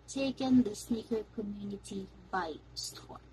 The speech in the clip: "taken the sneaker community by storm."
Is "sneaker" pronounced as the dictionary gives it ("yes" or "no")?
no